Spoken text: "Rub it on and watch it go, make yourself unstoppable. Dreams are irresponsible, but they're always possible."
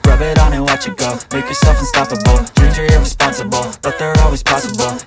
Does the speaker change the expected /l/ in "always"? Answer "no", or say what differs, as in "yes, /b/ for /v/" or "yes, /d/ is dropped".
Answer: no